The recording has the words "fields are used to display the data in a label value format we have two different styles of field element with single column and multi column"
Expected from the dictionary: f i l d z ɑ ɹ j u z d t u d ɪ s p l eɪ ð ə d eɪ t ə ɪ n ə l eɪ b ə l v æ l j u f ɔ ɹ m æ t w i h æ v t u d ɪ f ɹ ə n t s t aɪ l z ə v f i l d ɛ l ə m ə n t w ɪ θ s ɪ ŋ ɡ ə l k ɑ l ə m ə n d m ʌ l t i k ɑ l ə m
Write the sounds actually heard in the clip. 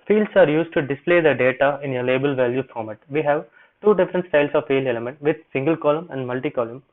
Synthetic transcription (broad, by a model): f i l d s ɑ ɹ j u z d t u d ɪ s p l eɪ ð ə d eɪ t ə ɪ n ə l eɪ b ə l v æ l j u f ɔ ɹ m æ t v i h æ v t u d ɪ f ɹ ə n t s t aɪ l s ə v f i l ɛ l ə m ə n t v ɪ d s ɪ ŋ ɡ ə l k ɑ l ə m ə n d m ʌ l t i k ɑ l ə m